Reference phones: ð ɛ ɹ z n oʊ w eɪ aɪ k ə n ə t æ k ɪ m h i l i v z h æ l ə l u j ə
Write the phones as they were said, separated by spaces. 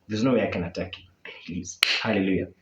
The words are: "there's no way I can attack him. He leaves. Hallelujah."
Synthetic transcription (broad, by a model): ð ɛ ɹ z n oʊ w eɪ aɪ k ə n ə t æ k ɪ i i z h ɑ l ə l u j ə